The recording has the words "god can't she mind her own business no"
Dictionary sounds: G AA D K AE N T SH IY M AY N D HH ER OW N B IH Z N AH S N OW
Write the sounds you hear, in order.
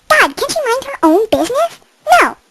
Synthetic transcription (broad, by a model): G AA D K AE N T SH IY M AY N D HH ER OW N B IH Z N AH S N OW